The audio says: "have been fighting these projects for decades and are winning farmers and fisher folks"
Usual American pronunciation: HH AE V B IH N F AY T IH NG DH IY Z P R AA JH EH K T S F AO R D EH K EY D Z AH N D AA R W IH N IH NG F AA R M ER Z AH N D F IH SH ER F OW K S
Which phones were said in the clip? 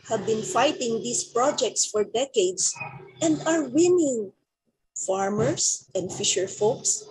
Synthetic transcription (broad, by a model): HH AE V B IH N F AY T IH NG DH IY S P R AA JH EH K T S F AO R D EH K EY D S AH N D AA R W IH N IH NG F AA R M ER S AH N D F IH SH ER F OW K S